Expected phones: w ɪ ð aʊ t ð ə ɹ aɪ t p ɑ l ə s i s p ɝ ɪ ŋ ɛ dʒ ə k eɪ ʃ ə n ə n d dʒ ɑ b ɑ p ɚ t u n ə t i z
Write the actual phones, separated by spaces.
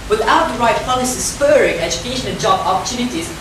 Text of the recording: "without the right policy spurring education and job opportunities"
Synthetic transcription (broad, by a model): w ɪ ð aʊ t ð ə ɹ aɪ t f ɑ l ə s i s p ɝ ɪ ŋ ɛ dʒ ə k eɪ ʃ ə n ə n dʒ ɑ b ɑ p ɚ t u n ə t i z